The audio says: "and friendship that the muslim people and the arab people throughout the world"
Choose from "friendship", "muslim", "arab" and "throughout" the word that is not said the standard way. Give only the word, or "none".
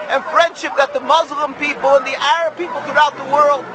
none